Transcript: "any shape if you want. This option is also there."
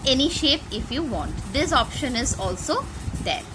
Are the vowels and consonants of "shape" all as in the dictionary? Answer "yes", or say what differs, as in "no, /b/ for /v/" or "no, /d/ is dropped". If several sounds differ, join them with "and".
yes